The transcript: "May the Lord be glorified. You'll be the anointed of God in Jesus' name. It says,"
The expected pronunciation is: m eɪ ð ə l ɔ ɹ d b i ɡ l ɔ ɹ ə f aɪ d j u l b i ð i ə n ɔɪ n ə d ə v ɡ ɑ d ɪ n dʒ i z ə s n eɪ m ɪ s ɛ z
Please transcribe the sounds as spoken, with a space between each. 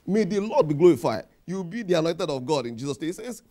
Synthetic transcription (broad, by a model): m eɪ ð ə l ɔ d b i ɡ l ɔ ɹ ə f aɪ d j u w b i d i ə n ɔɪ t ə d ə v ɡ ɑ d ɪ n dʒ i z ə s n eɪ ɪ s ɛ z